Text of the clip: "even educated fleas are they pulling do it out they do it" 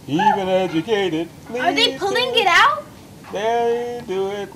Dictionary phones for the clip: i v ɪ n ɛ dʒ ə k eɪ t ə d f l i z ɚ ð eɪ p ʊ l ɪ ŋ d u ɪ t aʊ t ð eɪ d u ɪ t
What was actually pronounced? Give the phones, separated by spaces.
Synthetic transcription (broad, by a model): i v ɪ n ɛ dʒ ə k eɪ t ə d p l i ɚ ð eɪ p ʊ l ɪ ŋ ɪ t aʊ t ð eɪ d u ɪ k